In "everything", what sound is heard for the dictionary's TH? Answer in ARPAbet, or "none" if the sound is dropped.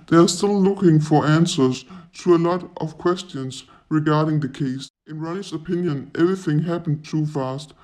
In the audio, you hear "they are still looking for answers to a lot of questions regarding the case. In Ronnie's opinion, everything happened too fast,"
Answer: TH